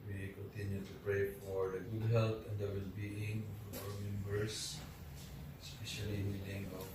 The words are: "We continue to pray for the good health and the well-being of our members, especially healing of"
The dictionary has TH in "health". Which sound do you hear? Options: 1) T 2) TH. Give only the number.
1